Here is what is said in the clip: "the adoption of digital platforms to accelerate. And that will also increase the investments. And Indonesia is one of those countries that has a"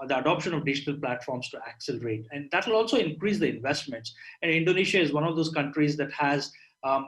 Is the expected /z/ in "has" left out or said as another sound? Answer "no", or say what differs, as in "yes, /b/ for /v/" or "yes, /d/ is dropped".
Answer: no